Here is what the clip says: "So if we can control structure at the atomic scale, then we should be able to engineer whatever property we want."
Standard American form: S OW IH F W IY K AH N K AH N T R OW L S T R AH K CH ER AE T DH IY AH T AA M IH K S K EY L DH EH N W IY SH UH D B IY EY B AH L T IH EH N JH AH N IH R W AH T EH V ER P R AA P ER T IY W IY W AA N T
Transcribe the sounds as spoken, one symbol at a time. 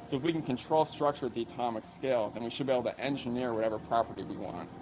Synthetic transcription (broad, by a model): S OW IH F W IY K N K AH N T R OW L S T R AH K CH ER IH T DH IY AH T AA M IH K S K EY L DH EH N W IY SH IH D B IY EY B L T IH EH N JH AH N IH R W AH T EH V ER P R AA P ER T IY W IY W AA N T